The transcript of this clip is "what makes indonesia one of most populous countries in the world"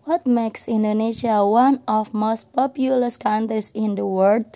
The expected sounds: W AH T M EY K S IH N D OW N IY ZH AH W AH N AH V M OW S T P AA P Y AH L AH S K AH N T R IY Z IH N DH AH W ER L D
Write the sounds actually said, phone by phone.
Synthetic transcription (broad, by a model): W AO T M EY K S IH N D OW N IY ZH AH W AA N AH F M OW S T P AA P Y AH L AH S K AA N T R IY S IH N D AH W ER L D